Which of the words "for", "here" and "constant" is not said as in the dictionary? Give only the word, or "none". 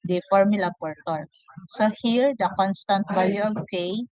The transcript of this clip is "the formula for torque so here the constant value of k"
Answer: for